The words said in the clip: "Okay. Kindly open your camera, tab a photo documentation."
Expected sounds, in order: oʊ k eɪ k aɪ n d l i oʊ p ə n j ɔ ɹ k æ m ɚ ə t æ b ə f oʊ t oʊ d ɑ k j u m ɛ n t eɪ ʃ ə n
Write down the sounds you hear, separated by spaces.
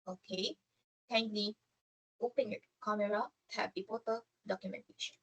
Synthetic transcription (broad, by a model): oʊ k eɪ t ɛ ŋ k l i oʊ p ə n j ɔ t k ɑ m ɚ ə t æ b ə p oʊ t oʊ d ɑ k j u m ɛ n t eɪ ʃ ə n